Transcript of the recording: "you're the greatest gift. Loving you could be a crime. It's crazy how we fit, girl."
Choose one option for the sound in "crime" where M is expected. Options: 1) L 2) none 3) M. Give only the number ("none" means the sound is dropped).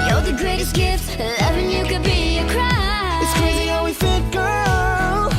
2